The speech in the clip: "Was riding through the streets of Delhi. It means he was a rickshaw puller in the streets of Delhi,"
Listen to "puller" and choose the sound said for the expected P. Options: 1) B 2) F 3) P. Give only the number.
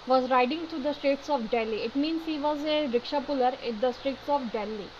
3